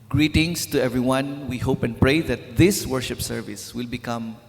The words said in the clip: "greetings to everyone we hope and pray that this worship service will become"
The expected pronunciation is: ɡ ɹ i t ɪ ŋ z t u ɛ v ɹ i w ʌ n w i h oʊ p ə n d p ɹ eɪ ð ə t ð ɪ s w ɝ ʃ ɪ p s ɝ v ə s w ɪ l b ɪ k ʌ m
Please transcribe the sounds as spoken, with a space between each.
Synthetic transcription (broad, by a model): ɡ ɹ i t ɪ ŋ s t u ɛ v ɹ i w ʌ n w i h oʊ p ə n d p ɹ eɪ ð ə t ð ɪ s w ɝ ʃ ɪ p s ɝ v ə s w ɪ l b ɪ k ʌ m